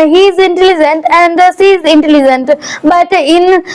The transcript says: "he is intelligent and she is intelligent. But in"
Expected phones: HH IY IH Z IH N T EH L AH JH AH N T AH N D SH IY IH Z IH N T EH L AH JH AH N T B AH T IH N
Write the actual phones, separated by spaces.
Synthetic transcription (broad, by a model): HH IY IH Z IH N T EH L AH JH AH N T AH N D S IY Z IH N T EH L AH JH AH N T B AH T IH N